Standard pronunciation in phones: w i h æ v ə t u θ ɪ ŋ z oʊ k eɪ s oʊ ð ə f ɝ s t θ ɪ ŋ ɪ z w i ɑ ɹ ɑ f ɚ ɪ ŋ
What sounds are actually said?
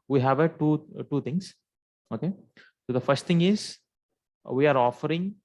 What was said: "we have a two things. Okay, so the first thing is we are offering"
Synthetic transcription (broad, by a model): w i h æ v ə t u t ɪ ŋ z oʊ k eɪ s oʊ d ə f ɝ s t t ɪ ŋ ɪ z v i ɑ ɹ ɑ f ɚ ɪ ŋ